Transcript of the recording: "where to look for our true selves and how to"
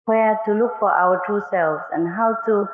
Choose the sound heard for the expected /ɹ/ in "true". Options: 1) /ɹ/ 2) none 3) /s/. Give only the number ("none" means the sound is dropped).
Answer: 2